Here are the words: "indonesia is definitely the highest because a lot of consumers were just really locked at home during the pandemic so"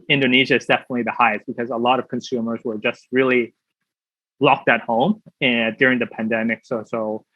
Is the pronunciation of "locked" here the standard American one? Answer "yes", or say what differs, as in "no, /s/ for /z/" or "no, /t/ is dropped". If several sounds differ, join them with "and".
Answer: yes